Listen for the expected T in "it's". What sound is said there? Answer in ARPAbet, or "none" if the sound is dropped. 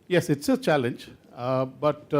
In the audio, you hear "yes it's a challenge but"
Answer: T